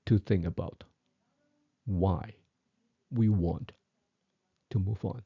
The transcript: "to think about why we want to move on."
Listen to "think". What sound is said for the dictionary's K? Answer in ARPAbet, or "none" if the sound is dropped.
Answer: none